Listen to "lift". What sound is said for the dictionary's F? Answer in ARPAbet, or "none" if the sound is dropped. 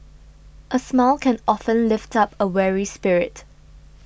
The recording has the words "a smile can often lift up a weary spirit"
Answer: F